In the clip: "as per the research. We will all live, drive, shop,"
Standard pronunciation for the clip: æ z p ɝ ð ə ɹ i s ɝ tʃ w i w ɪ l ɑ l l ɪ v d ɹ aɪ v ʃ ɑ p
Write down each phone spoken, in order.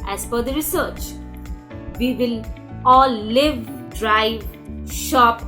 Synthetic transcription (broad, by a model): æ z f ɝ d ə ɹ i s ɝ tʃ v i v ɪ l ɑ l l ɪ v d ɹ aɪ v ʃ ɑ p